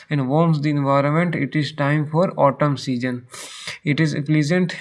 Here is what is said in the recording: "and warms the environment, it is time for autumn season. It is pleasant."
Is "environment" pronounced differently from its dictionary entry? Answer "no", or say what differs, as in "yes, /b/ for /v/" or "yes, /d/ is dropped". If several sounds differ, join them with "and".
no